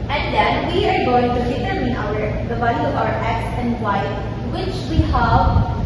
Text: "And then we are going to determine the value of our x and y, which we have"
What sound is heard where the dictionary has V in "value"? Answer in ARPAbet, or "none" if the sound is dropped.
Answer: B